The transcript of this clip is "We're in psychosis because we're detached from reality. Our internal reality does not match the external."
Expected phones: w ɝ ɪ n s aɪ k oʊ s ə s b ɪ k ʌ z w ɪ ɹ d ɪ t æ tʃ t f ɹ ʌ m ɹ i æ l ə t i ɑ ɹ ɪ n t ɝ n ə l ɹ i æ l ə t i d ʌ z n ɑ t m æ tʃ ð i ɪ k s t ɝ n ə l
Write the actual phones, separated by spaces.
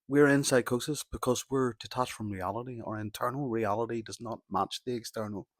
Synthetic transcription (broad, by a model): w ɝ ɪ n s aɪ k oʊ s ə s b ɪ k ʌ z w ɪ ɹ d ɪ t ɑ tʃ f ɹ ʌ m ɹ i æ l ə t i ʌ ɹ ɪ n t ɝ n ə l ɹ i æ l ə t i d ʌ z n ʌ t m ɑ tʃ ð i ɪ k s t ɝ n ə l